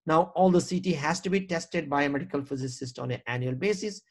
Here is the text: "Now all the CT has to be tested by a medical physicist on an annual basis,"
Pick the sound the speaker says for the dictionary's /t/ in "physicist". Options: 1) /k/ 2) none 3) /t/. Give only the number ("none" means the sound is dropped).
3